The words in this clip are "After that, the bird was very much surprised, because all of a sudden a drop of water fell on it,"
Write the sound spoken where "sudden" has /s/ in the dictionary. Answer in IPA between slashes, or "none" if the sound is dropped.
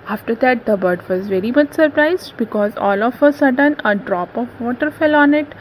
/s/